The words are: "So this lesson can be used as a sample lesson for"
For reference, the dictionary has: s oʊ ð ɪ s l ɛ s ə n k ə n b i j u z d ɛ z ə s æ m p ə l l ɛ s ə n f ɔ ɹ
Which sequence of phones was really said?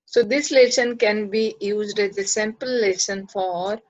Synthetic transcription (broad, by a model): s oʊ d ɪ s l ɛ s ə n k ə n b i j u z d ɛ z ə s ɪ m p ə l l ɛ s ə n f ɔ ɹ